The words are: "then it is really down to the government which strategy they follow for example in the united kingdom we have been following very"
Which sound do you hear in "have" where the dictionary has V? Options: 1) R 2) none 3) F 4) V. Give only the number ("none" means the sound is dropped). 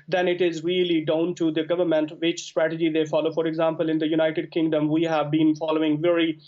4